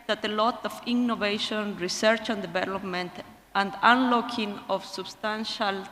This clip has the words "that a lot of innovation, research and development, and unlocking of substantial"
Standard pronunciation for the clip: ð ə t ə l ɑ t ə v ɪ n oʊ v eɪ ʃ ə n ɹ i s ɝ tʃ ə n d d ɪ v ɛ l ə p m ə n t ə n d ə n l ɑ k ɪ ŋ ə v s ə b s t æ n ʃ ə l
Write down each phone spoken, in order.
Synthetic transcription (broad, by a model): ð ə t ə l ɑ t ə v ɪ n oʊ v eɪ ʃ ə n ɹ i s ɝ tʃ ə n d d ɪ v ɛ l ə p m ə n t ə n d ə n l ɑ k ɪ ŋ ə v s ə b s t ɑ n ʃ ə l